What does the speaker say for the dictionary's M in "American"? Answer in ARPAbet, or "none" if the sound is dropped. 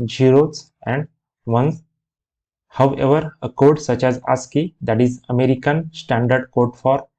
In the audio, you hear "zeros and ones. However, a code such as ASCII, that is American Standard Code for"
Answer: M